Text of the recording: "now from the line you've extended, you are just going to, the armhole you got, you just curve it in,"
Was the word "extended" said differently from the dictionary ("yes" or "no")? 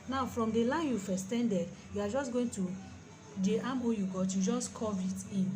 yes